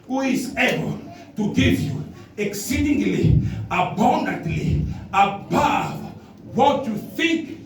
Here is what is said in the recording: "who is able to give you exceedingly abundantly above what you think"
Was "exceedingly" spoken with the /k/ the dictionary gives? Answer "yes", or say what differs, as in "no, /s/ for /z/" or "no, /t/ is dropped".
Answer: yes